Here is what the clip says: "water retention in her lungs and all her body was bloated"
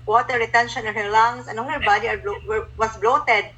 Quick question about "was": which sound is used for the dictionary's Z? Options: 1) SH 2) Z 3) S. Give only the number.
3